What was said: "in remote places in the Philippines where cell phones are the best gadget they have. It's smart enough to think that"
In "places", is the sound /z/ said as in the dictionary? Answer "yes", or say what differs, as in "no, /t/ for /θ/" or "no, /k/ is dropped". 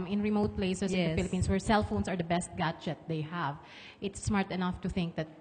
no, /s/ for /z/